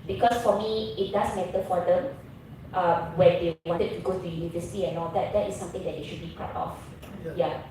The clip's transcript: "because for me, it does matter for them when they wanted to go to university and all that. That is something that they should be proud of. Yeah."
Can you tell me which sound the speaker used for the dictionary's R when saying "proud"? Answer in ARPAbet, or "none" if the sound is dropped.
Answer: none